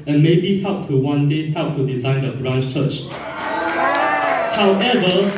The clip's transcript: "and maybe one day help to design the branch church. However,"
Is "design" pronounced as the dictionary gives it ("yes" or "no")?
yes